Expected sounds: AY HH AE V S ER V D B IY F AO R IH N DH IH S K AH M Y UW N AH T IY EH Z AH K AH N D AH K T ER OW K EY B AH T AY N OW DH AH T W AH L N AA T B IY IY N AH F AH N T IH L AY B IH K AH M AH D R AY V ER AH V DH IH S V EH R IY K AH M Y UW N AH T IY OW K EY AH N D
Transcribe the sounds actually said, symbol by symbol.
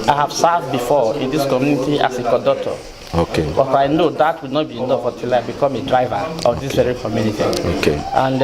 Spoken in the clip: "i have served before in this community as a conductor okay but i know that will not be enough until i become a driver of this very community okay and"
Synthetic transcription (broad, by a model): AY HH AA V S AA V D B IY F AO IH N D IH S K AH M Y UW N AH T IY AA S AH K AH D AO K T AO OW K EY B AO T AY N OW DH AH T W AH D N AA T B IY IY N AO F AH T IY L AY B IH K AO M AH D R AY V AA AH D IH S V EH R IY K AH M Y UW N AH T IY OW K EY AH N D